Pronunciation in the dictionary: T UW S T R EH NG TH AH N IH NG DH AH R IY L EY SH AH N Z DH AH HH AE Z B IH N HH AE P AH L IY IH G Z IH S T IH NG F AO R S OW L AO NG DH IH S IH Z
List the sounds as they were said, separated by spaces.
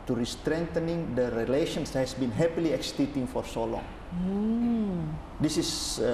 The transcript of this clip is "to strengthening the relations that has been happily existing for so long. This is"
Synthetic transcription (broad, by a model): T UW S T R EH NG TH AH N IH NG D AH R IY L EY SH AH N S HH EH S B IH N HH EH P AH L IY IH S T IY T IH NG F AO R S OW L AO NG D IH S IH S